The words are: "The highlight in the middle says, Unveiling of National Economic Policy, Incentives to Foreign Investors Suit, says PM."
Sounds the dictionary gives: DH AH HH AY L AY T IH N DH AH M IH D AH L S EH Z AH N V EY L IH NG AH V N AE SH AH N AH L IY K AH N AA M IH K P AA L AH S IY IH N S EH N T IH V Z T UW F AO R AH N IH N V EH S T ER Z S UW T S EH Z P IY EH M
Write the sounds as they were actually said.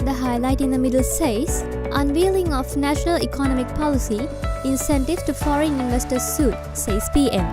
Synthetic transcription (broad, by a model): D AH HH AY L AY T IH N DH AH M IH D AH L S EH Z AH N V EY L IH NG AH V N AE SH AH N AH L IY K AH N AA M IH K P AA L AH S IY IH N S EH N T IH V T UW F AO R AH N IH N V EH S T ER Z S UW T S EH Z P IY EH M